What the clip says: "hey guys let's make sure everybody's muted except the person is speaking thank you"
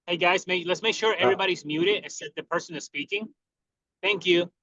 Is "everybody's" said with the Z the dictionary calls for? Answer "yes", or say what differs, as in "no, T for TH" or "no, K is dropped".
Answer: yes